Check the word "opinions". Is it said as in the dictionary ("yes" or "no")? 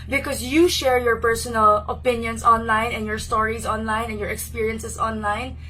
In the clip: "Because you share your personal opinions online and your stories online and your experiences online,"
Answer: no